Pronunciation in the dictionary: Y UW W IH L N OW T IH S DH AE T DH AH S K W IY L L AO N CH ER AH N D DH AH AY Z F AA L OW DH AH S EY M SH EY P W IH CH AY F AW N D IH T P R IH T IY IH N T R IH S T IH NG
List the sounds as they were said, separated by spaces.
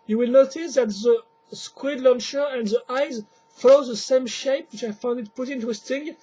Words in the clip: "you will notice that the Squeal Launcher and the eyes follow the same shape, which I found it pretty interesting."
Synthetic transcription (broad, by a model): Y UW W IH L N OW T IH S DH AE T DH AH S K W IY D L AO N SH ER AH N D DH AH AY Z F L OW DH AH S EY M SH EY P W IH CH AY F AW N D IH T P UH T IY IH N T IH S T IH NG